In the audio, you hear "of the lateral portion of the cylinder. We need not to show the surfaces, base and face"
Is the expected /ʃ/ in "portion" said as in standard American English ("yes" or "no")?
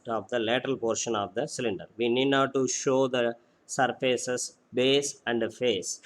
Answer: yes